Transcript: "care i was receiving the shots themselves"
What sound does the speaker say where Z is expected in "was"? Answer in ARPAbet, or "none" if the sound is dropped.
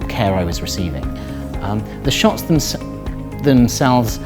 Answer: Z